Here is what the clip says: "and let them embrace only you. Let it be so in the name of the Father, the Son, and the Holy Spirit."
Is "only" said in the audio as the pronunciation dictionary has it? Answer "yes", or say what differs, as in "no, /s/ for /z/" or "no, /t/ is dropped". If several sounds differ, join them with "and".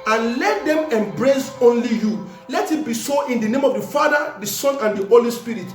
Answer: yes